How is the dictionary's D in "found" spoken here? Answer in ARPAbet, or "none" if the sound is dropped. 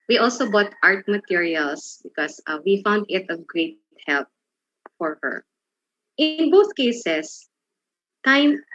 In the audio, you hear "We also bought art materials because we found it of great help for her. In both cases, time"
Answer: D